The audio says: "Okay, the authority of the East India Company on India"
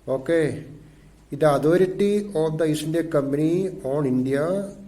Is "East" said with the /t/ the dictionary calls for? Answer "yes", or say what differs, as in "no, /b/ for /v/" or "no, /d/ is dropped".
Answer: no, /t/ is dropped